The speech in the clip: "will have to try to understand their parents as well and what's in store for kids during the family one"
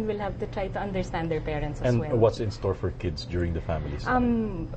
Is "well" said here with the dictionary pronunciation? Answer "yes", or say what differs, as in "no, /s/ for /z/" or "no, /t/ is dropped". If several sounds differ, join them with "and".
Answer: no, /n/ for /l/